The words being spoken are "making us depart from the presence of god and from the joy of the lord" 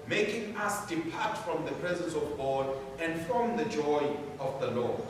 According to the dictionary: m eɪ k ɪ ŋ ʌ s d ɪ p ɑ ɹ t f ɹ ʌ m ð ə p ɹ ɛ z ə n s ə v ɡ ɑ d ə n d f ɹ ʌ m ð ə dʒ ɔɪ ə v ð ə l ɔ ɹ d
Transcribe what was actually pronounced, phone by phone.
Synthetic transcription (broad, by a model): m eɪ k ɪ ŋ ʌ s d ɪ p ɑ t f ɹ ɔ m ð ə p ɹ ɛ z ə n s ə v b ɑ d ə n d f ɹ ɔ m ð ə dʒ ɔɪ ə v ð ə l ɔ